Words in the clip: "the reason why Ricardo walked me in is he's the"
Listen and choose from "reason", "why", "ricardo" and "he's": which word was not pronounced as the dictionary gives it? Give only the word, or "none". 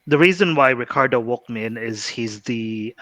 none